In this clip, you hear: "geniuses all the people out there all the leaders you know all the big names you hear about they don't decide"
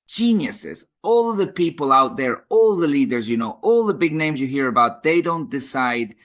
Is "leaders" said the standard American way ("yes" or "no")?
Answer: yes